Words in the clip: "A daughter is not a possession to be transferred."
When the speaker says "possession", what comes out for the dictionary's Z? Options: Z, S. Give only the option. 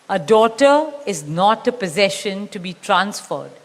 Z